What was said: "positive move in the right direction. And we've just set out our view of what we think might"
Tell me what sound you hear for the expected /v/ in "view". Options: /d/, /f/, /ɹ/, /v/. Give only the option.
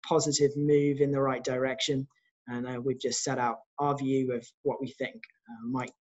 /v/